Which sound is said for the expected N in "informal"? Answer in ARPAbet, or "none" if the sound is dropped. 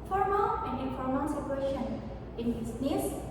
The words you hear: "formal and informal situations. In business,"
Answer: none